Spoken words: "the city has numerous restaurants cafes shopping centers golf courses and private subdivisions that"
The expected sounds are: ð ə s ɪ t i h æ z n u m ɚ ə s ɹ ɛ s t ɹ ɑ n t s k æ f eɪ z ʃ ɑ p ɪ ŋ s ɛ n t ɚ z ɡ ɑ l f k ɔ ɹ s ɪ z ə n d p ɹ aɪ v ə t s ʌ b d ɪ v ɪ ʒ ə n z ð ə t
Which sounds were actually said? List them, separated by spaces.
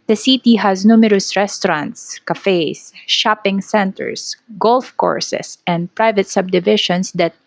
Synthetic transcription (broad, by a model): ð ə s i t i h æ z n u m ɚ ə s ɹ ɛ s t ɹ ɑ n t s k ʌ f eɪ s ʃ ɑ p ɪ ŋ s ɛ n t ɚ s ɡ ɑ l f k ɔ ɹ s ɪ s ə n d p ɹ aɪ v ə t s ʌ b d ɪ v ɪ ʃ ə n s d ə t